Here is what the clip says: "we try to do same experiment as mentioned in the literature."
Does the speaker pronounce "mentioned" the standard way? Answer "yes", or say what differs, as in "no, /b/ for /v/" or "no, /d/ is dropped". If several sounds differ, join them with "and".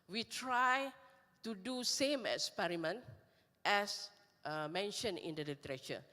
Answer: no, /d/ is dropped